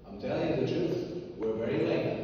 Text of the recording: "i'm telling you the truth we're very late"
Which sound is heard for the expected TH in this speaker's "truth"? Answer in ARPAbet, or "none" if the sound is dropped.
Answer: S